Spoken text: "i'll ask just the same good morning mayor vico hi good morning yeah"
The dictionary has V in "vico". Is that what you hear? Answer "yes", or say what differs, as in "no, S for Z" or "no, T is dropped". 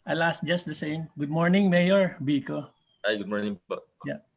no, B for V